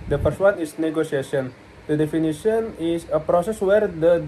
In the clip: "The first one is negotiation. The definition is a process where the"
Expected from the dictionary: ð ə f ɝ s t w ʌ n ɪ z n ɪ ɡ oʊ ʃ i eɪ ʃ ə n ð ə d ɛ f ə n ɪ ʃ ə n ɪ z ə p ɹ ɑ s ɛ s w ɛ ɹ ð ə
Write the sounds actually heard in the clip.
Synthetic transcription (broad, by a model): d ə p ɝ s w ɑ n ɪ s n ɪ ɡ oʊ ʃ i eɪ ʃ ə n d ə d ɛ f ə n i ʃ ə n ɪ s ə p ɹ ɑ s ɛ s w ɛ ɹ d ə